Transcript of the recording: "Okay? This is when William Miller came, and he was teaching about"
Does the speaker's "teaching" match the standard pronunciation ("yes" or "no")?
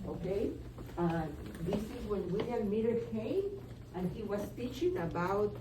yes